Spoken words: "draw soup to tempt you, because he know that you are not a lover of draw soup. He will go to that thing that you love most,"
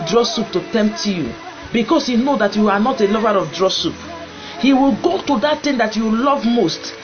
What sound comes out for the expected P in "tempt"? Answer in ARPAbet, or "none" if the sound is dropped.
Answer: P